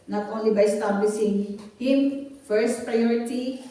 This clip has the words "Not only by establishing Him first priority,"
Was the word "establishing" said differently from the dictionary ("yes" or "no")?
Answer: yes